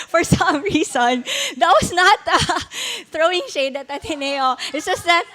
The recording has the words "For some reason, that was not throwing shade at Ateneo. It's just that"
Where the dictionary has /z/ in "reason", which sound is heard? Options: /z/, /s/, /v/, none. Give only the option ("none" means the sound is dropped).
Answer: /s/